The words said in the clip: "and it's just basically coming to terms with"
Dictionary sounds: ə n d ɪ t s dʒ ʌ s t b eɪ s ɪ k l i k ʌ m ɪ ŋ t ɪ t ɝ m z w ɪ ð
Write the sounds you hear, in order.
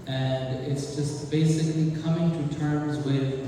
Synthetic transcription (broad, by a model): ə n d ɪ t s dʒ ʌ s t b eɪ s ɪ k l i k ʌ m ɪ ŋ t ɪ t ɝ m z w ɪ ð